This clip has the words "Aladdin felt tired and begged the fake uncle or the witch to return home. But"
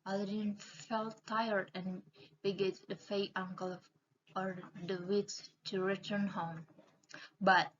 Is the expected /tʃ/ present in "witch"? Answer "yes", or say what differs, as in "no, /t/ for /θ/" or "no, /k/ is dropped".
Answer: no, /s/ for /tʃ/